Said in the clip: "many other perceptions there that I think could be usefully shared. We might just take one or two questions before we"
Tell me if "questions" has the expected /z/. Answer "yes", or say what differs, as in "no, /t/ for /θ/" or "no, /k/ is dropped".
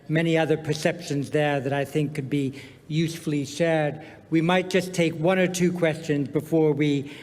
yes